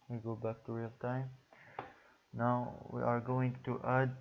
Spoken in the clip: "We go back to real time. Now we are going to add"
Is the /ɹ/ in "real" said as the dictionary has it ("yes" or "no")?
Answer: yes